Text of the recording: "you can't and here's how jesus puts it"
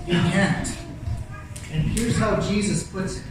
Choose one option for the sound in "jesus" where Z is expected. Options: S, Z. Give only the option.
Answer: Z